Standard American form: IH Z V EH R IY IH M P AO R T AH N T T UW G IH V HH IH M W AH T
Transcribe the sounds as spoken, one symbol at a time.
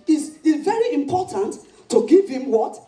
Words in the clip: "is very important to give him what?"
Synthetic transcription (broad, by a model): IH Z V EH R IY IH M P AO T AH N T T UW G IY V HH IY M W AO T